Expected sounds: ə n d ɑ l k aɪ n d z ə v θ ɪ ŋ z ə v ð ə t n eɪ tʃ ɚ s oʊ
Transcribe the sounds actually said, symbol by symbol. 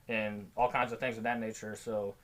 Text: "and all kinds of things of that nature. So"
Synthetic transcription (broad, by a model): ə n ɑ l k aɪ n d z ə v θ ɪ ŋ z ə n ð ə t n eɪ tʃ ɚ s oʊ